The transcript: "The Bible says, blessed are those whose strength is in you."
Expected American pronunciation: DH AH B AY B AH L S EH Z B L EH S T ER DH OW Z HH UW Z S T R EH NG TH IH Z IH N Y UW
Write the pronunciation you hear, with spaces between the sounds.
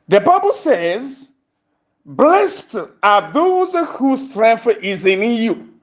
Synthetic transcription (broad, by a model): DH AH B AY B AH L S EH Z B L EH S T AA DH OW Z HH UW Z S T R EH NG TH IH Z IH N Y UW